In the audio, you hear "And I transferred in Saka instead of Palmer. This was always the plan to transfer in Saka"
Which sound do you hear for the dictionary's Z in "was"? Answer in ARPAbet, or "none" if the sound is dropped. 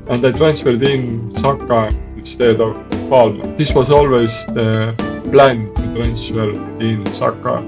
S